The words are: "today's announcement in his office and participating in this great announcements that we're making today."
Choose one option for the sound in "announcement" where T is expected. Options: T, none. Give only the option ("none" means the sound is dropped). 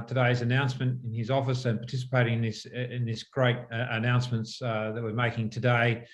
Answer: T